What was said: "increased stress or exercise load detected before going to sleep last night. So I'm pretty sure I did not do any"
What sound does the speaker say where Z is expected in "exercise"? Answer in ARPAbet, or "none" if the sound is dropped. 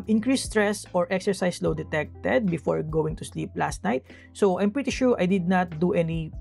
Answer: S